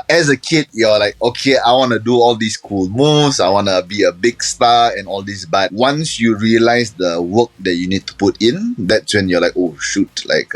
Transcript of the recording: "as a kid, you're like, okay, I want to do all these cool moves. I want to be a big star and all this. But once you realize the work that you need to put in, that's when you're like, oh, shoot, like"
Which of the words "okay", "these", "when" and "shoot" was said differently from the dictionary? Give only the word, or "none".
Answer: these